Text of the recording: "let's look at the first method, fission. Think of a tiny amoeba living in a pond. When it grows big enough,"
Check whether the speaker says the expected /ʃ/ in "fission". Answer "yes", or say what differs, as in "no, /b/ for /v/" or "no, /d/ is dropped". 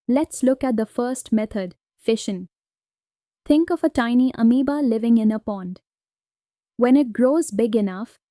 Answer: yes